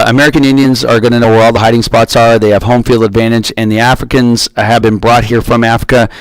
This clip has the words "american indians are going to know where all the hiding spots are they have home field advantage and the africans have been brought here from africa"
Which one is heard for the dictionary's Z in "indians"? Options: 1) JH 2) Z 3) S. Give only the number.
2